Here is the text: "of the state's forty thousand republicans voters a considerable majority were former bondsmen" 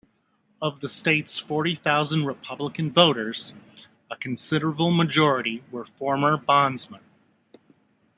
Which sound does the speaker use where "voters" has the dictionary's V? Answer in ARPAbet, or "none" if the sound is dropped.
V